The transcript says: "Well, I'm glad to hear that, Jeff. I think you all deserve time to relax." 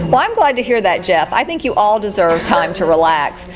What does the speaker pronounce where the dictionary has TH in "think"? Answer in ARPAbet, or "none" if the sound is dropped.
TH